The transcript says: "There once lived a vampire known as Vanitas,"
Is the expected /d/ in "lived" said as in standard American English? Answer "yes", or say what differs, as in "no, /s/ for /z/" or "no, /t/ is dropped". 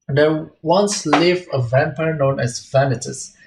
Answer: no, /d/ is dropped